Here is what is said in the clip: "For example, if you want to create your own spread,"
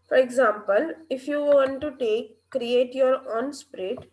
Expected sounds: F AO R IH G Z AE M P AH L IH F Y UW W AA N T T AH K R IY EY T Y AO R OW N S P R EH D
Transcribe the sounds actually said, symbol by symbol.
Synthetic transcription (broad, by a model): F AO R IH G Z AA M P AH L IH F Y UW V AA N T T AH K R IY EY T Y AO R OW N S P R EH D